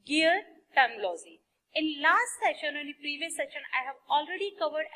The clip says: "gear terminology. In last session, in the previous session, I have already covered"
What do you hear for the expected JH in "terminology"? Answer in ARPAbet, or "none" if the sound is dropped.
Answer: Z